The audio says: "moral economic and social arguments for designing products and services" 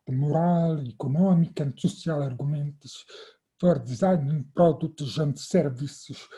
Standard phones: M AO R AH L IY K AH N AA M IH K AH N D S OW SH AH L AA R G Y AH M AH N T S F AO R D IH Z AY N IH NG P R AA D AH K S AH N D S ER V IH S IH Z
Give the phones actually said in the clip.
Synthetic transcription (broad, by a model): M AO R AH L IY K AH N AA M IH K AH N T S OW S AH L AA R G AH M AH N T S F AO R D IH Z AY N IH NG P R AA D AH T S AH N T S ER V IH S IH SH